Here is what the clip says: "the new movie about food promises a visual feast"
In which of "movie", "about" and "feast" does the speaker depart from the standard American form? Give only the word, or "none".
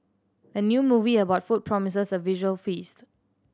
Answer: none